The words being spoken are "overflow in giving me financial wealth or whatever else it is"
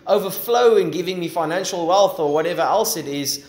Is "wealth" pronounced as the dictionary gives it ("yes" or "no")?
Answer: yes